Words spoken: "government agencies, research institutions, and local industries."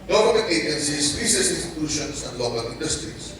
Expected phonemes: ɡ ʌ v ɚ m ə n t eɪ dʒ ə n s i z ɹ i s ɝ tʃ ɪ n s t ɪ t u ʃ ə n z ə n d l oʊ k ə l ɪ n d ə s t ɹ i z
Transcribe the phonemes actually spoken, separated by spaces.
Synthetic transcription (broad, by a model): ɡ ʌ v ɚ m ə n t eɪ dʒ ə n s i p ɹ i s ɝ s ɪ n s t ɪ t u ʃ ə n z ə n d l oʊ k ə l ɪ n d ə s t ɹ i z